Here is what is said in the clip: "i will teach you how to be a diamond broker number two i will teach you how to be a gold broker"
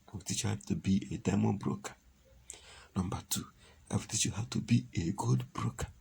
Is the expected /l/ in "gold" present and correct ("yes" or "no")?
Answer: no